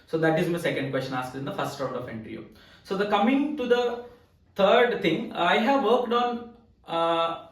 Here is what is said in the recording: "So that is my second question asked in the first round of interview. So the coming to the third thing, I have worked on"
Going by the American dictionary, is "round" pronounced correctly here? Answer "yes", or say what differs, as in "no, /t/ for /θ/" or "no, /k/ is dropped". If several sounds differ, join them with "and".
no, /n/ is dropped